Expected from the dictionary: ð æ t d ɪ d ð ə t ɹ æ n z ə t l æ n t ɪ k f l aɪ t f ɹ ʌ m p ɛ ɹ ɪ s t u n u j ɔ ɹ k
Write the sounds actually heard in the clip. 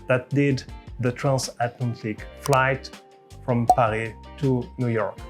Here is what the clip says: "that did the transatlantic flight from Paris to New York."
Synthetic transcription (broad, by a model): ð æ t d ɪ d ð ə t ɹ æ n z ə t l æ n t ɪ k f l aɪ t f ɹ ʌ m p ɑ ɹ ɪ t u n u j ɔ ɹ k